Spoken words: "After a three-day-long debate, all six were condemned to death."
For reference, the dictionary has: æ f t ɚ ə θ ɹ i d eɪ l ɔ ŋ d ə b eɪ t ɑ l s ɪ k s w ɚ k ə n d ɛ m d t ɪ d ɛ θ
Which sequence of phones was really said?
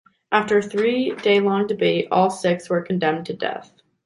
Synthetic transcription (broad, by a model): æ f t ɚ ə θ ɹ i d eɪ l ɔ ŋ d ə b eɪ t ɑ l s ɪ k s w ɚ k n d ɛ m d t ɪ d ɛ θ